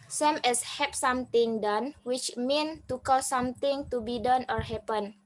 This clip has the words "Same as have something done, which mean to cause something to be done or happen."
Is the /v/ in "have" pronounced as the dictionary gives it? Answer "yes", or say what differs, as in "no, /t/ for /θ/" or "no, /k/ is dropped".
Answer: no, /p/ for /v/